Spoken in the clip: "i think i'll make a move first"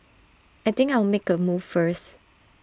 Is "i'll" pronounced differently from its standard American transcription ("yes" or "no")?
yes